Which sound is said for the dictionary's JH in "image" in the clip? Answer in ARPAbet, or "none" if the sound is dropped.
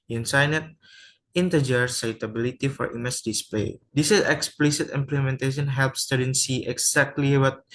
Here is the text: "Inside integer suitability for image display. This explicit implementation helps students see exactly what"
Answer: CH